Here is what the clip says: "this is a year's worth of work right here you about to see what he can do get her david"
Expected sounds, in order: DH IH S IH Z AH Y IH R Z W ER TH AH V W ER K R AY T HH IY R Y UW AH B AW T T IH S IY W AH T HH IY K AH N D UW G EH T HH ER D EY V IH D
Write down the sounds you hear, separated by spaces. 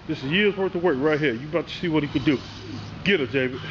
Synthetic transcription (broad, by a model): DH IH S IH Z Y IH R Z W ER T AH W ER K R AY T HH IY R Y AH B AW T T IH S IY W AH T HH IY K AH D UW G EH T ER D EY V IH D